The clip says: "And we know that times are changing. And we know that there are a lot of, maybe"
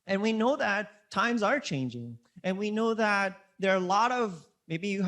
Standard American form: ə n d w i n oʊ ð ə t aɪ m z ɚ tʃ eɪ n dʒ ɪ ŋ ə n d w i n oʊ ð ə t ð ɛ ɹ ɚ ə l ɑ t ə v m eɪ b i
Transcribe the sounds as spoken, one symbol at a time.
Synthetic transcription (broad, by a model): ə n w i n oʊ ð ə t aɪ m z ɚ tʃ eɪ n dʒ ɪ ŋ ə n w i n oʊ ð ə t ð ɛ ɹ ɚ ə l ɑ t ə v m eɪ b i